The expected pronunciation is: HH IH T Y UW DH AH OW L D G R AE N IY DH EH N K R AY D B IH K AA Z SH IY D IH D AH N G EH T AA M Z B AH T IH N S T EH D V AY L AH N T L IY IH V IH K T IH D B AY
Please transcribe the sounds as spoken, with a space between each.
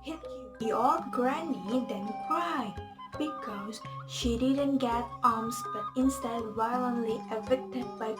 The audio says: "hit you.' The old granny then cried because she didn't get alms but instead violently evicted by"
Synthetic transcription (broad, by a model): HH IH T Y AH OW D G R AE N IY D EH N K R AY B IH K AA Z SH IY D IH D AH N G EH T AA M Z B AH T IH N S T EH D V AY L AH N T L IY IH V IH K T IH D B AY